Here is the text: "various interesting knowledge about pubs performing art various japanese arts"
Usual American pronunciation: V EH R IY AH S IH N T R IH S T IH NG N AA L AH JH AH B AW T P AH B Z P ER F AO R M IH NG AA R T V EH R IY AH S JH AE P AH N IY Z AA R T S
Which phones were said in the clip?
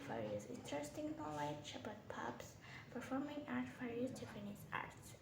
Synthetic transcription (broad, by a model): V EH R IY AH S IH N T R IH S T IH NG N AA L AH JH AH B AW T P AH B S P ER F AO R M IH NG AA R T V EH R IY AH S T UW F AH N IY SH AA R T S